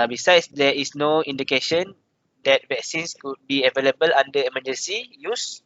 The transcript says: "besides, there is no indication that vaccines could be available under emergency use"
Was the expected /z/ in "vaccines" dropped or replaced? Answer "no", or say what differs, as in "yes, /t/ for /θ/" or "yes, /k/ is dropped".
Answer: yes, /s/ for /z/